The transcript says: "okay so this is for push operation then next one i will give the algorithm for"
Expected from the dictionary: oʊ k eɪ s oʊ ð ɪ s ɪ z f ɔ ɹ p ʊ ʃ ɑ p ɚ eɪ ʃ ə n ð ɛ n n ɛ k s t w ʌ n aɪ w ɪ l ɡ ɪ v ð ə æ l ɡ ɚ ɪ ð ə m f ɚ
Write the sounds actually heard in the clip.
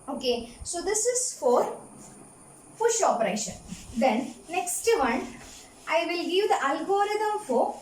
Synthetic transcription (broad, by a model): oʊ k eɪ s oʊ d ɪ s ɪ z f ɔ ɹ f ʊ ʃ ɑ p ɚ eɪ ʃ ə n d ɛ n n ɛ k s t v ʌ n aɪ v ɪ l ɡ ɪ v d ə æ l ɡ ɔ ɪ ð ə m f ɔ